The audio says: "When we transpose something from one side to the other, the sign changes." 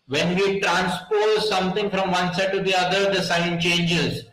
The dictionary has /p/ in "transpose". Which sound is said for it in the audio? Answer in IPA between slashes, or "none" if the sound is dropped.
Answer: /p/